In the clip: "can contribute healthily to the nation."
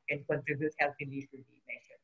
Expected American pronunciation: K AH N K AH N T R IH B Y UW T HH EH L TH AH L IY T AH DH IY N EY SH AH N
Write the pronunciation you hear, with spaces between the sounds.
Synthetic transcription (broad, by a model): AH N K AH N T R IH B Y UW T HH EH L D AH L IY S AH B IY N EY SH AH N